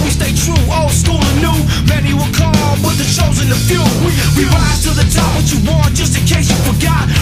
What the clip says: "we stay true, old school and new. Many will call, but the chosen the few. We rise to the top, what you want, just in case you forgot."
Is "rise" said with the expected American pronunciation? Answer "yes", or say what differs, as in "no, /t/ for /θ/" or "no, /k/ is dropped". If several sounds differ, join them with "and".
no, /z/ is dropped